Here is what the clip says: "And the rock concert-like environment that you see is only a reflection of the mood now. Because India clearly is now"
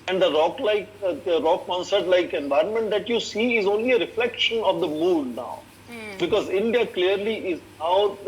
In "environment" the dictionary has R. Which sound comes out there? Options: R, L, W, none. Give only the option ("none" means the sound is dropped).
R